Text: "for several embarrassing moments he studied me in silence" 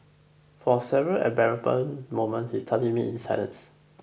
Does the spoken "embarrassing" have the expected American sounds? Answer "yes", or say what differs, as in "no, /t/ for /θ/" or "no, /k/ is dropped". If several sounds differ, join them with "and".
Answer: no, /m/ is dropped